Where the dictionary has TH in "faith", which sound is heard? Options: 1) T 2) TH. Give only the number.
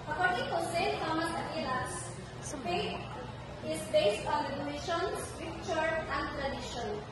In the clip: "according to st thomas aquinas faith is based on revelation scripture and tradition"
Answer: 1